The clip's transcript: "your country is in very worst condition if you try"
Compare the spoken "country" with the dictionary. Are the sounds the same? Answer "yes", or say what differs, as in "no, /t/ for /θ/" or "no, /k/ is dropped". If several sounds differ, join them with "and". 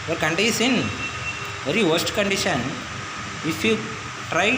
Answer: no, /ɹ/ is dropped